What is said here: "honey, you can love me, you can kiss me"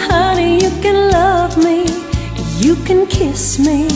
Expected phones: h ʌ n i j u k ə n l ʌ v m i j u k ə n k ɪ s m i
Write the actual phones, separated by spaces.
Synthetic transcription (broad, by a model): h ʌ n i j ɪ k ə n l ʌ v m i j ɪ k ə n k ɪ s m i